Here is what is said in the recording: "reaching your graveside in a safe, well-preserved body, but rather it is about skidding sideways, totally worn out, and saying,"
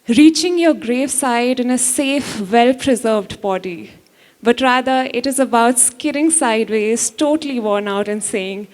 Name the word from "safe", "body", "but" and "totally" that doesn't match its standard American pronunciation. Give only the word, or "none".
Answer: none